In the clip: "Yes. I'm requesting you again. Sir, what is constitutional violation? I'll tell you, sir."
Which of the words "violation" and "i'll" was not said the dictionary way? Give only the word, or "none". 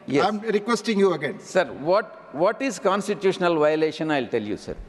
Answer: none